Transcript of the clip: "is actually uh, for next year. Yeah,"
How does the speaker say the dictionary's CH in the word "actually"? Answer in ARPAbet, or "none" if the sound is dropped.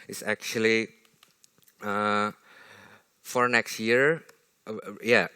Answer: CH